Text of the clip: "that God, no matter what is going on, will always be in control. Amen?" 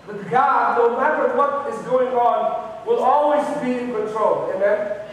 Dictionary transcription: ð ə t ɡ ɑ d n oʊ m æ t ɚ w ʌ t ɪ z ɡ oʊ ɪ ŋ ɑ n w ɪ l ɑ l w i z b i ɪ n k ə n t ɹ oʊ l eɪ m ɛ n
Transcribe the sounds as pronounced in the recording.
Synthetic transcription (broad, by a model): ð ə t ɡ ɑ d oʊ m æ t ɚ w ʌ t ɪ z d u ɪ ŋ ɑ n w ɪ l ɑ l w i z b i ɪ n k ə n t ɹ oʊ l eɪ m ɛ n